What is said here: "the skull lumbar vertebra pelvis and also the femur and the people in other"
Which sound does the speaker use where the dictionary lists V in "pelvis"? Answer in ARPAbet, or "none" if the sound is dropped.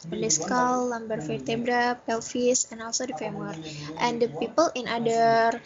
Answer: F